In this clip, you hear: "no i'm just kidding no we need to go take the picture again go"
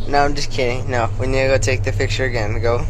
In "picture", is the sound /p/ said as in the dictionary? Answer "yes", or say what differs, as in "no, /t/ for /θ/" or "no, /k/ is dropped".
no, /f/ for /p/